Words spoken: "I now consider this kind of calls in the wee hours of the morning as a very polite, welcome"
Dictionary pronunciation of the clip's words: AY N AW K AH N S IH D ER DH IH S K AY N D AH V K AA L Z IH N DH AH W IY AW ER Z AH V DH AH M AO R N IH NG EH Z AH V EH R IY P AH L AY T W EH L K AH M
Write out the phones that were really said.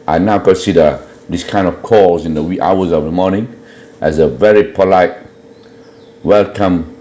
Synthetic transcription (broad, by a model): AY N AW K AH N S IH D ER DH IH S K AY N D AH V K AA Z IH N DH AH W IY AW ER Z AH V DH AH M AO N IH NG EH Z AH V EH R IY P AH L AY T W EH L K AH M